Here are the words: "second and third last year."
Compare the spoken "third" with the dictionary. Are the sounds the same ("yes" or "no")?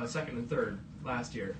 yes